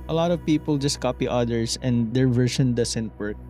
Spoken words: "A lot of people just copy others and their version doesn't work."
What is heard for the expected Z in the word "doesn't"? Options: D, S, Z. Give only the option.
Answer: S